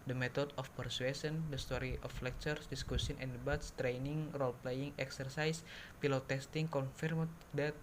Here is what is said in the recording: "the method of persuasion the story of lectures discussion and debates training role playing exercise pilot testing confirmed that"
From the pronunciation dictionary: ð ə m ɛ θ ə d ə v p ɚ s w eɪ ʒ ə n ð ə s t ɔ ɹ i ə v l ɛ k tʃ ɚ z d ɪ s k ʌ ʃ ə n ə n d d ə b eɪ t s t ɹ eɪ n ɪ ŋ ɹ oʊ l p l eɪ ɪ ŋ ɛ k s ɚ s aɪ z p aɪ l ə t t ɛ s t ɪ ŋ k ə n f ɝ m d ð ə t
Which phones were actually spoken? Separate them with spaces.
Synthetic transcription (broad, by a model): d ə m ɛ t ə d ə f p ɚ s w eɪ s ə n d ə s t ɔ ɹ i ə f l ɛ k tʃ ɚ s d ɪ s k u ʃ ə n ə n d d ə b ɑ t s t ɹ eɪ n ɪ ŋ ɹ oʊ l p l eɪ ɪ ŋ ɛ k s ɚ s aɪ s p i l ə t t ɛ s t ɪ ŋ k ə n f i m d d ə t